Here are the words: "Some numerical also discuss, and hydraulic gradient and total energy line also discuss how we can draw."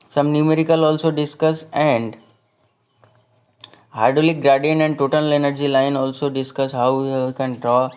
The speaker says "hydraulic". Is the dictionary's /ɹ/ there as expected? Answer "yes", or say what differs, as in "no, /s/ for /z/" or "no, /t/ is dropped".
no, /ɹ/ is dropped